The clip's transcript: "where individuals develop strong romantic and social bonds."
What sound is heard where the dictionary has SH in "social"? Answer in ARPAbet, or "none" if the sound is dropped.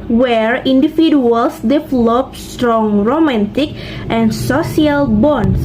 none